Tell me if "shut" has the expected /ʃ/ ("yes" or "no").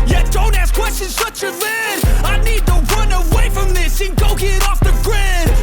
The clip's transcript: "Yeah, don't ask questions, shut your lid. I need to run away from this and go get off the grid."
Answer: no